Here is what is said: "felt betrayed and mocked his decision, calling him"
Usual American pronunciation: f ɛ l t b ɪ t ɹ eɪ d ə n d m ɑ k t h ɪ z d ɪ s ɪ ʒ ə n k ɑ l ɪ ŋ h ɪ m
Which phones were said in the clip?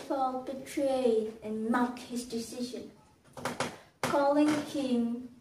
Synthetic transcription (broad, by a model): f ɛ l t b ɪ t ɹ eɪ ə n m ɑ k h ɪ z d ɪ s ɪ ʒ ə n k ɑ l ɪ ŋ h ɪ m